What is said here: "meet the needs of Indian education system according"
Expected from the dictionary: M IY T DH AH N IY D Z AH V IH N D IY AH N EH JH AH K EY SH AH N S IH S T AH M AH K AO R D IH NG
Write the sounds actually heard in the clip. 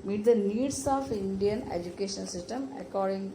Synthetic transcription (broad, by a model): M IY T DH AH N IY D S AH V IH N D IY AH N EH JH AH K EY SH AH L S IH S T AH M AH K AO R D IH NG